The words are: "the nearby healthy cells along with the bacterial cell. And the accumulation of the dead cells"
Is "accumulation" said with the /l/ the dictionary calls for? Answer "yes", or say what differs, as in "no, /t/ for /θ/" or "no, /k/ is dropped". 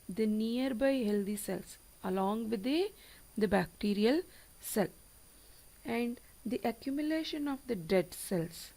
yes